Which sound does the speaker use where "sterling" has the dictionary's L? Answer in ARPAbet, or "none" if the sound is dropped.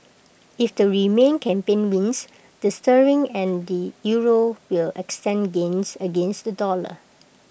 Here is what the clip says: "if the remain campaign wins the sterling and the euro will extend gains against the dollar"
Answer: none